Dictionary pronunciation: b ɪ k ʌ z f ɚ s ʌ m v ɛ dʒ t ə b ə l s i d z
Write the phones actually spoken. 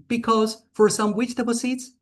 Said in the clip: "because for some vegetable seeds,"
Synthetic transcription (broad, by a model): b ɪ k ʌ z f ɚ s ʌ m w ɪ tʃ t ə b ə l s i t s